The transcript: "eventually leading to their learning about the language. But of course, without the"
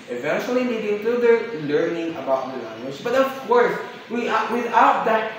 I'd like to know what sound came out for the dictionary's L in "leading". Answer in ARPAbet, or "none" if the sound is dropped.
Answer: N